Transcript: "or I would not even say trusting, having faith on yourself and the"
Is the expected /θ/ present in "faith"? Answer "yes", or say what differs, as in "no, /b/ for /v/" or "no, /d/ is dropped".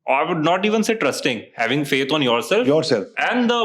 no, /t/ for /θ/